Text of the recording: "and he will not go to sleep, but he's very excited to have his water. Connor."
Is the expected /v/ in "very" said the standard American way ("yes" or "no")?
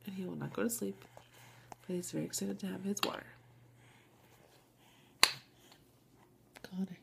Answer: yes